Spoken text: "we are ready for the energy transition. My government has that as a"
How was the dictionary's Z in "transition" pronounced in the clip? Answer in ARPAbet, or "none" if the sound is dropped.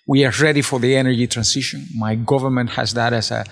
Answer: S